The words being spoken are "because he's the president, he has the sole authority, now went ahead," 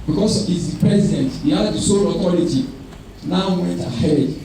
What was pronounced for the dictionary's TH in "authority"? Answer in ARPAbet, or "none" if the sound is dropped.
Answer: T